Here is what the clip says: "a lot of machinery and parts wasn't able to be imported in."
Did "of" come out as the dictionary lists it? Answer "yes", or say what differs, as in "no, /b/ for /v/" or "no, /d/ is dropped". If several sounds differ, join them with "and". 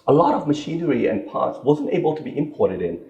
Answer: yes